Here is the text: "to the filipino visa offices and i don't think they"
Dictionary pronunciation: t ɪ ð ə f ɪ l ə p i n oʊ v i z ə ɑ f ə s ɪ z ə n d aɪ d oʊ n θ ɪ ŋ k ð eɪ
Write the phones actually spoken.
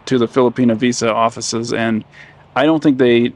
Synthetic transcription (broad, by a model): t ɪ ð ə f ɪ l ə p i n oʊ v i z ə ɑ f ə s ɪ z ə n aɪ d oʊ n θ ɪ ŋ k ð eɪ